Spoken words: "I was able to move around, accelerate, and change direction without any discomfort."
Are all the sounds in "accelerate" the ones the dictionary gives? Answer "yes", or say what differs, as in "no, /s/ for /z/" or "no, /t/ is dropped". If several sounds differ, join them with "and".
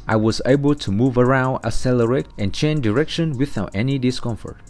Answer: no, /k/ is dropped